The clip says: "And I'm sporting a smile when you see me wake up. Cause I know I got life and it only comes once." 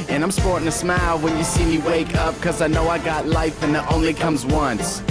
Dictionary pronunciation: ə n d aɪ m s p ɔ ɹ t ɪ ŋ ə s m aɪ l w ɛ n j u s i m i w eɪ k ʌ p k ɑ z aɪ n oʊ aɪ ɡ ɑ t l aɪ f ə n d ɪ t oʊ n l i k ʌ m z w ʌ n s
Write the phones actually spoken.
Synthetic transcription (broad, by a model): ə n aɪ m s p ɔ ɹ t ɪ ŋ ə s m aɪ l w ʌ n j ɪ s i m i w eɪ k ʌ p k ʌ z aɪ n oʊ aɪ ɡ ɑ t l aɪ f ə n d t oʊ n l i k ʌ m z w ʌ n s